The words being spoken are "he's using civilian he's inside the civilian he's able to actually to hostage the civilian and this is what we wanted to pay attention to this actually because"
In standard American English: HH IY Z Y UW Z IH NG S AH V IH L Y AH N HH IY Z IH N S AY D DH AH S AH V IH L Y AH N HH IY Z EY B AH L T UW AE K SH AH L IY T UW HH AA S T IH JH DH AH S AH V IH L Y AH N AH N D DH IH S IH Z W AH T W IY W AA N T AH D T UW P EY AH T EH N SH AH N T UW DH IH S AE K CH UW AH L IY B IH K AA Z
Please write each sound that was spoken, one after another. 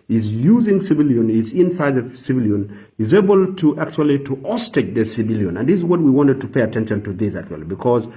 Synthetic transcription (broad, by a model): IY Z Y UW Z IH NG S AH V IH L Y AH N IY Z IH N S AY D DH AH S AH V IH L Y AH N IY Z EY B AH L T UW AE K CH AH L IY T UW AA S T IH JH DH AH S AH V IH L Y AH N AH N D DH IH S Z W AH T W IY W AA N T AH D T UW P EY AH T EH N SH AH N T UW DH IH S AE K CH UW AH L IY B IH K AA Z